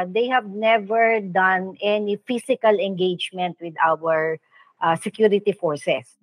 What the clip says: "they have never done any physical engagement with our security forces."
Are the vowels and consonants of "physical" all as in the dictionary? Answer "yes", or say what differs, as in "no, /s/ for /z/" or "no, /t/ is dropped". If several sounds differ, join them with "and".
no, /s/ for /z/